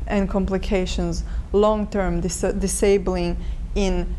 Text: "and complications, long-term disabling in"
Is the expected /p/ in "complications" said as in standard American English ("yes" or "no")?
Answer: yes